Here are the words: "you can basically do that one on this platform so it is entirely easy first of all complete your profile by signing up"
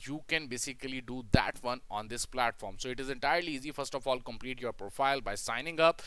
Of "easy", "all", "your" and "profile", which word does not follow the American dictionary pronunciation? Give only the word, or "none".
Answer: none